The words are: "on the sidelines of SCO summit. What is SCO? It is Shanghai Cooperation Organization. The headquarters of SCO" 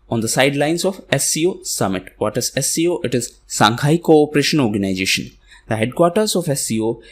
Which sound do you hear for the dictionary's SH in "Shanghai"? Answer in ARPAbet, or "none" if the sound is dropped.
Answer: S